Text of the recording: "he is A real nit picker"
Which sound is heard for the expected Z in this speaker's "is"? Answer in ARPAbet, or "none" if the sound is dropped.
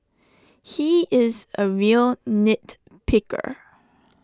Z